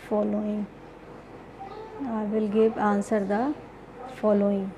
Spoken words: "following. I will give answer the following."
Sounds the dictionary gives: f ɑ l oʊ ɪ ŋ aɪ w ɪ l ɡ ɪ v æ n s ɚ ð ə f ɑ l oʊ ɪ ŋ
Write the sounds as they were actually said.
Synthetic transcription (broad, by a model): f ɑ l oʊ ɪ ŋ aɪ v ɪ l ɡ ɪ p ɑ n s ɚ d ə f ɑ l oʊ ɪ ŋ